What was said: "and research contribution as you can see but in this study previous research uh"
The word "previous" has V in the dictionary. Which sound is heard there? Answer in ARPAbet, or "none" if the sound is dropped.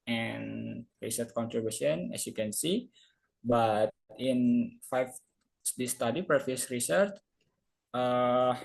F